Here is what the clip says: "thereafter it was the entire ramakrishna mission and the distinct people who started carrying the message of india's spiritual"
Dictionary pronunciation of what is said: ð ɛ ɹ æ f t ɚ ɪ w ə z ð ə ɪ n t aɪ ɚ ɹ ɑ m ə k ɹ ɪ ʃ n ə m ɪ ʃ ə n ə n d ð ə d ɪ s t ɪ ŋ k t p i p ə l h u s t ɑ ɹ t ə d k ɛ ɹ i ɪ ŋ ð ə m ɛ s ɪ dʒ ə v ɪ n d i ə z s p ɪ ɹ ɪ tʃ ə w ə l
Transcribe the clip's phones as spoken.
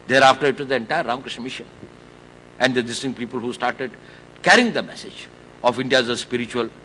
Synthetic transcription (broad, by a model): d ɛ ɹ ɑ f t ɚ ɪ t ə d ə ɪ n t aɪ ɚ ɹ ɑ ə k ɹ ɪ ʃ n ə m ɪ ʃ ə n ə n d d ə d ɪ s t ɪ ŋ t p i p ə l h u s t ɑ ɹ t ə d k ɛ ɹ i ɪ ŋ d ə m ɛ s ɪ dʒ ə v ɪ n d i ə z s p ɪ ɹ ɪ tʃ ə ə l